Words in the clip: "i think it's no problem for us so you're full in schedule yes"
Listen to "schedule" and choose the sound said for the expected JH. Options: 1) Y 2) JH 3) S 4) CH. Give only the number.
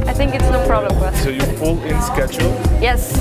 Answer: 4